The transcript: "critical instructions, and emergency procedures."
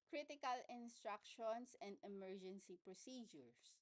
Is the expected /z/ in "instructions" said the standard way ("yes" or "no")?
no